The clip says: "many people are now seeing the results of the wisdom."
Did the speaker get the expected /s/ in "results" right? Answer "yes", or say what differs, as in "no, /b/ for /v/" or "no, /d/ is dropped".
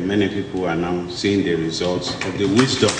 yes